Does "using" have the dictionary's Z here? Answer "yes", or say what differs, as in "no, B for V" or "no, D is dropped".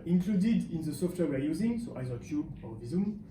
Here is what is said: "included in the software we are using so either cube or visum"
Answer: yes